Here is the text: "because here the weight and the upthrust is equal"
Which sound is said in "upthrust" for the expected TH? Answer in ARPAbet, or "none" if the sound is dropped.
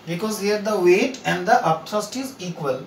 T